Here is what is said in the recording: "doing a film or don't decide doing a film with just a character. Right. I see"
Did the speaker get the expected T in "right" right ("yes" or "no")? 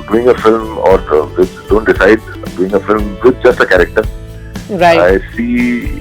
no